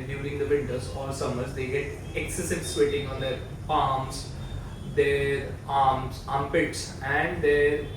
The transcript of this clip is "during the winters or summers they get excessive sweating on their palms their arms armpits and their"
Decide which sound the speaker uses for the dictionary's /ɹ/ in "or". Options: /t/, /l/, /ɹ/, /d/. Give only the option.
/l/